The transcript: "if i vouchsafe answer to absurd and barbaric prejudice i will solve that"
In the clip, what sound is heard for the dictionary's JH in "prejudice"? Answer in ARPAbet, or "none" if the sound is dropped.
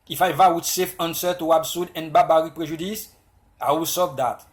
ZH